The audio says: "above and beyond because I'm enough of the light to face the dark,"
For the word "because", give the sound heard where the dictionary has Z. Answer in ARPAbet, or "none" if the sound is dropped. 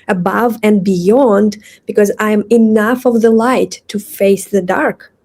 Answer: Z